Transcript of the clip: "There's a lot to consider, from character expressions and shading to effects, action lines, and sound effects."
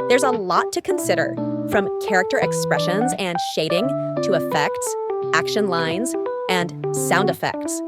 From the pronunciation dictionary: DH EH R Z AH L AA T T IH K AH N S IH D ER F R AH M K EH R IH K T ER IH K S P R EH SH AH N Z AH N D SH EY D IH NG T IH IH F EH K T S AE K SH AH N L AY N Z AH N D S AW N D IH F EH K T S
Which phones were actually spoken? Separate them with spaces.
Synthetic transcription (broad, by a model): DH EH R Z AH L AA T T IH K AH N S IH D ER F R AH M K EH R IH K T ER IH K S P R EH SH AH N Z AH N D SH EY D IH NG T IH IH F EH K T S AE K SH AH N L AY N Z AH N S AW N D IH F EH K T S